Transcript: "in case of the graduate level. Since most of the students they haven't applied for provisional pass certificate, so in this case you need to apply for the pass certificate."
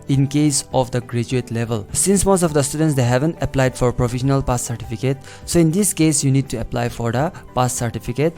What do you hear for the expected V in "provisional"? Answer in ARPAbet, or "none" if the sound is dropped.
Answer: F